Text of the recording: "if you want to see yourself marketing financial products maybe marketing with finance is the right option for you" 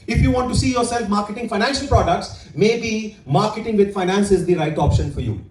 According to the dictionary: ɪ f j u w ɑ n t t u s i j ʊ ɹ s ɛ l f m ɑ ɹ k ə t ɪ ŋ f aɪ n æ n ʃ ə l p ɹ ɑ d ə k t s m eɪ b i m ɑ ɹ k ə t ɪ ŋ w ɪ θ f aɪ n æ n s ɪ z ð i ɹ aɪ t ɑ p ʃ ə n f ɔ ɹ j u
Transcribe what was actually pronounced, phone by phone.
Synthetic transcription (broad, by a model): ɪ f j u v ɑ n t t u s i j ʊ ɹ s ɛ l f m ɑ ɹ k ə t ɪ ŋ f aɪ n æ n ʃ ə l p ɹ ɑ d ə k t s m eɪ b i m ɑ ɹ k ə t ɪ ŋ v ɪ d f aɪ n æ n s ɪ z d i ɹ aɪ t ɑ p ʃ ə n f ɔ ɹ j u